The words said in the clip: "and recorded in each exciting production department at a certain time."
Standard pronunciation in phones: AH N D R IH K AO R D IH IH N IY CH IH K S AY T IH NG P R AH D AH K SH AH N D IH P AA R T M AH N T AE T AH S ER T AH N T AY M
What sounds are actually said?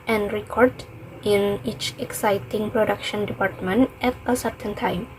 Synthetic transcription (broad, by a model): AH N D R IH K AO R D IH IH N IY CH IH K S AY T IH NG P R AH D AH K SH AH N D IH P AA R T M AH N T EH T AH S ER T AH N T AY M